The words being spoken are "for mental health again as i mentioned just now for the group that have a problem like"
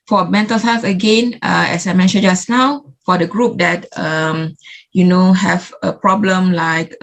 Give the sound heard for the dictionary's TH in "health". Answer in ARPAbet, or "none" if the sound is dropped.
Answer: F